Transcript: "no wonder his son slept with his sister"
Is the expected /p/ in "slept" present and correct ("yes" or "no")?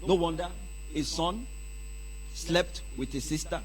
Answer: yes